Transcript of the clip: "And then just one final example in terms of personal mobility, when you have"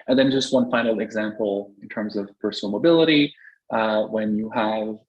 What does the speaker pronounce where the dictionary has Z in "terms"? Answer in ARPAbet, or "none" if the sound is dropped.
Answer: Z